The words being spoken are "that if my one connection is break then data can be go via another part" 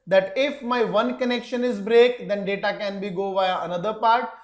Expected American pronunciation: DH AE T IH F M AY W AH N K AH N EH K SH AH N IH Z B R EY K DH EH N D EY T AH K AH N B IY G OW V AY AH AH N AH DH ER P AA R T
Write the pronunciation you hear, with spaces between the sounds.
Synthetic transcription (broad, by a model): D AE T IH F M AY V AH N K AH N EH K SH AH N IH Z B R EY K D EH N D EY T AH K AH N B IY G OW V AY AH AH N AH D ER P AA R T